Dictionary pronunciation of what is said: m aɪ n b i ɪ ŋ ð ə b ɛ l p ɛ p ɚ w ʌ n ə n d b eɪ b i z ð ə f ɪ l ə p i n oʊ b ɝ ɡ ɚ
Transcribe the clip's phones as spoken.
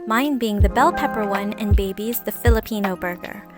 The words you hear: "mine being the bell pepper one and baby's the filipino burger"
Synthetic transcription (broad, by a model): m aɪ n b i ɪ ŋ ð ə b ɛ l p ɛ p ɚ w ʌ n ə n b eɪ b i z ð ə f ɪ l ə p i n oʊ b ɝ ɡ ɚ